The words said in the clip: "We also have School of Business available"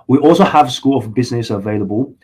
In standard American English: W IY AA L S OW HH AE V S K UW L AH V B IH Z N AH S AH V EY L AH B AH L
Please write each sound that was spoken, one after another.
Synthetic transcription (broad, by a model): W IY AA L S OW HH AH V S K UW L AH V B IH Z N AH S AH V EY L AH B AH L